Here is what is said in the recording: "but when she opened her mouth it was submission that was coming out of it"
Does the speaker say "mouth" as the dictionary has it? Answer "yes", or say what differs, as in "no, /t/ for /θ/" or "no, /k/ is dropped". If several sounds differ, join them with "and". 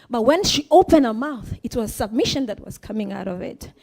yes